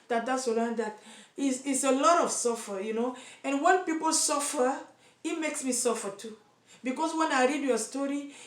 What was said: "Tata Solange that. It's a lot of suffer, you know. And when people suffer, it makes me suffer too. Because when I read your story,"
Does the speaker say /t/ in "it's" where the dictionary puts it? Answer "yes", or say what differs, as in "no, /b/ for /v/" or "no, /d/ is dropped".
no, /s/ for /t/